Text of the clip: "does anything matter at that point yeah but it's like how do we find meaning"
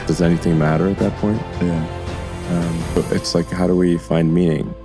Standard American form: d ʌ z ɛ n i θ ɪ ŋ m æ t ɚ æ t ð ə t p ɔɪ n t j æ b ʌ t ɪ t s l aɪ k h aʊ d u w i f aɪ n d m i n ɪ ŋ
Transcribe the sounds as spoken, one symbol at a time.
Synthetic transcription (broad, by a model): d ʌ z ɛ n i θ ɪ ŋ m æ t ɚ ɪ t ð ə t p ɔɪ n t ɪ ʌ b ʌ t ɪ t s l aɪ k h aʊ d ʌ w i f aɪ n d m i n ɪ ŋ